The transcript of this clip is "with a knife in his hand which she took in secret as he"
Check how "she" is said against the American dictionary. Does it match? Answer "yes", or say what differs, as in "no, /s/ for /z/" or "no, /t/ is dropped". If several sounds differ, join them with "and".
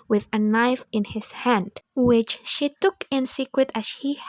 yes